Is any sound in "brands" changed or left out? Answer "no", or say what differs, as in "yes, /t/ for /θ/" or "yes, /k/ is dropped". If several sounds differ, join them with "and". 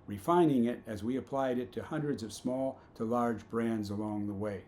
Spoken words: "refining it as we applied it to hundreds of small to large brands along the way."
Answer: no